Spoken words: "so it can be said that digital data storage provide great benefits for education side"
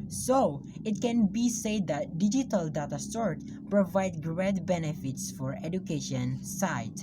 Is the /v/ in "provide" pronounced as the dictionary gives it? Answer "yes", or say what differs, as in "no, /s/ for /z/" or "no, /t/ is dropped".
yes